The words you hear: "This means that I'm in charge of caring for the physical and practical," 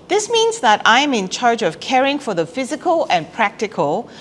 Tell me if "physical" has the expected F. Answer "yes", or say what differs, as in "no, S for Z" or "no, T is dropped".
yes